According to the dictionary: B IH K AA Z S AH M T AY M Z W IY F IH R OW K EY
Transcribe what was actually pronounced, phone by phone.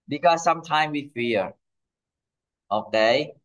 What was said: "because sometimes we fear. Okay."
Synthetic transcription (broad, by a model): B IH K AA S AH M T AY M W IY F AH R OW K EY